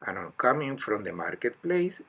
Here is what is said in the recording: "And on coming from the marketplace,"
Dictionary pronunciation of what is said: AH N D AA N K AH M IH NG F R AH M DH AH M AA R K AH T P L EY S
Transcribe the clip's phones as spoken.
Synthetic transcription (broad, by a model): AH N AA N K AH M IH NG F R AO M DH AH M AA R K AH T P L EY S